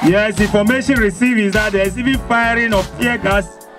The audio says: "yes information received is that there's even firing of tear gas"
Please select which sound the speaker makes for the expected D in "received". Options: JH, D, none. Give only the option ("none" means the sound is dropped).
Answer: none